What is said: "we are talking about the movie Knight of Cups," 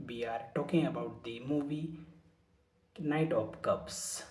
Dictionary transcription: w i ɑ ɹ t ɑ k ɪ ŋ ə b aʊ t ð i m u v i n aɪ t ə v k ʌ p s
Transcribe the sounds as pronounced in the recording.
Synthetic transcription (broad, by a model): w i ɑ ɹ t ɑ k ɪ ŋ ə b aʊ t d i m u v i n aɪ t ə p k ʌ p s